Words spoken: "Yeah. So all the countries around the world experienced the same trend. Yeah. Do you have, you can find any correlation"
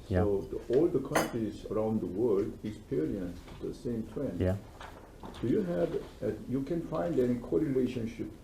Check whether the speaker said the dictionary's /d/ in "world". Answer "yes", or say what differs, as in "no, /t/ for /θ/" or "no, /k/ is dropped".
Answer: yes